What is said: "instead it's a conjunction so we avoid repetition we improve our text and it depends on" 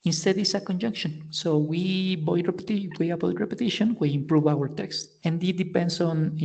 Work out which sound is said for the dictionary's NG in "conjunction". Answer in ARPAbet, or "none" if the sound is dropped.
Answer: NG